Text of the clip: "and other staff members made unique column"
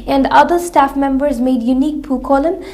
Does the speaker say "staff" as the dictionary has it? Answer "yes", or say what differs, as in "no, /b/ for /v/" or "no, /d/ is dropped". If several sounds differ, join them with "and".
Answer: yes